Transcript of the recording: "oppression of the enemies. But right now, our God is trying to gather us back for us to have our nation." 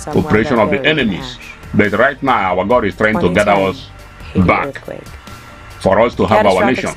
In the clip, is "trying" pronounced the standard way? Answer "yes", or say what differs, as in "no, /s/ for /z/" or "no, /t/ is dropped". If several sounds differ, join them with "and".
yes